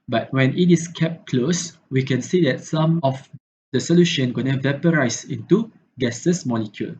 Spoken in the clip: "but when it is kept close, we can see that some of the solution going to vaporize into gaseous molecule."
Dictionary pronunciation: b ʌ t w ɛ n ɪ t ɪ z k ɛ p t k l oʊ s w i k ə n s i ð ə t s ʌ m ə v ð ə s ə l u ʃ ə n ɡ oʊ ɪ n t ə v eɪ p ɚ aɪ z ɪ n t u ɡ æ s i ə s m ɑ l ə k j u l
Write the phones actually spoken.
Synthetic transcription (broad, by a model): b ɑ t w ɛ n ɪ t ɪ s k ɛ p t k l oʊ s w i k ə n s i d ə t s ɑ m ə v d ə s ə l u ʃ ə n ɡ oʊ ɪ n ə v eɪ p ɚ aɪ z ɪ n t u ɡ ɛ s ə s m ɑ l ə k j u l